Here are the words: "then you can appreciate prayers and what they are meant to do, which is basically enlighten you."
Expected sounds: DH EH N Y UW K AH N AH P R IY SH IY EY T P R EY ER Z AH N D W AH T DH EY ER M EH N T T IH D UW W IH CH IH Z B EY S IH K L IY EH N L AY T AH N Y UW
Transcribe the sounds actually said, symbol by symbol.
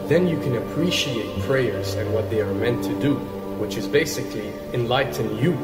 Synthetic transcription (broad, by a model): DH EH N Y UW K AH N AH P R IY SH IY EY T P R EY ER Z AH N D W AH T DH EY ER M EH N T T IH D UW W IH CH IH Z B EY S IH K L IY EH N L AY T N Y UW